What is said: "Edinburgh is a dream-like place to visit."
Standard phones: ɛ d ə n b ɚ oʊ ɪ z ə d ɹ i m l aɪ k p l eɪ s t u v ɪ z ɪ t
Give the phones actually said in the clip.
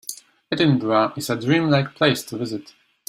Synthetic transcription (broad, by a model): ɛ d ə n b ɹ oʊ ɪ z ə d ɹ i m l aɪ k p l eɪ s t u v ɪ z ɪ t